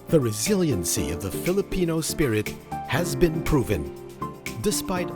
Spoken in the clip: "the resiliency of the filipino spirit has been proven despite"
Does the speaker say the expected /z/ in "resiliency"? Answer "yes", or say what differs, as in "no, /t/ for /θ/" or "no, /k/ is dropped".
yes